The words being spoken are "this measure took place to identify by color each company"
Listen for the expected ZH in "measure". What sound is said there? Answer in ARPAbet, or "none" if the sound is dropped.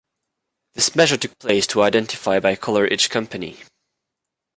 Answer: ZH